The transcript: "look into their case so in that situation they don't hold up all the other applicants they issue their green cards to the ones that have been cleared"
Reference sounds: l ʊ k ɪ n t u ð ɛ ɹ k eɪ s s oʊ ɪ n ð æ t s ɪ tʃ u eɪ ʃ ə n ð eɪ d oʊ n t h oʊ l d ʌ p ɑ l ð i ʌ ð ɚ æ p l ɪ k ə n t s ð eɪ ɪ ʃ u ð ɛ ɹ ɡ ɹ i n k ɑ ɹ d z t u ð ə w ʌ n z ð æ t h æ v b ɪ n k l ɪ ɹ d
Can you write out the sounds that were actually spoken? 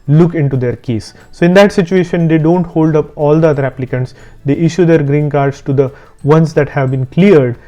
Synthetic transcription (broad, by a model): l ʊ k ɪ n t u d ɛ ɹ k eɪ s s oʊ ɪ n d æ t s ɪ tʃ u eɪ ʃ ə n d eɪ d oʊ n t h oʊ l d ʌ p ɑ l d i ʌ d ɚ æ p l ɪ k ə n t s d eɪ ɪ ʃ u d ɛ ɹ ɡ ɹ i n k ɑ ɹ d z t u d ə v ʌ n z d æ t h æ v b ɪ n k l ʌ ɹ d